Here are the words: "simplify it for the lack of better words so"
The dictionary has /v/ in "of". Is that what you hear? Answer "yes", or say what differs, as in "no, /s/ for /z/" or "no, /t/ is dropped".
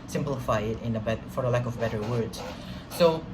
yes